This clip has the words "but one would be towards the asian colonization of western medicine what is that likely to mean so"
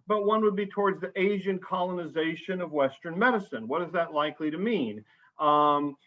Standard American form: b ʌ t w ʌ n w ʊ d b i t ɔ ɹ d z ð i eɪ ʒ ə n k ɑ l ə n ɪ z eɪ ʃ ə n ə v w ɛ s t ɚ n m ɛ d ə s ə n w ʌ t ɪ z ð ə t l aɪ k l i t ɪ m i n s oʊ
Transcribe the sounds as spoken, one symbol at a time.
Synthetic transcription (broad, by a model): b ʌ t w ʌ n w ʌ d b i t ɔ ɹ d z ð i eɪ ʒ ə n k ɑ l ə n ɪ z eɪ ʃ ə n ə v w ɛ s t ɚ n m ɛ d ə s ə n w ʌ t ɪ z ð ə t l aɪ k l i t ɪ m i n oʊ